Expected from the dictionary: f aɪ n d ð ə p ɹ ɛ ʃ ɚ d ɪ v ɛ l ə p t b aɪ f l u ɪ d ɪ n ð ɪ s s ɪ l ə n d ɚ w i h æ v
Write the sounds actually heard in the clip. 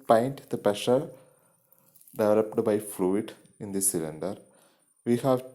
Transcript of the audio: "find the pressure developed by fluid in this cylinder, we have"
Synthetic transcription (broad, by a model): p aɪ n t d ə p ɛ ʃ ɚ d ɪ v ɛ l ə p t b aɪ f l u ɪ d ɪ n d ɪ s s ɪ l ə n d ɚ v i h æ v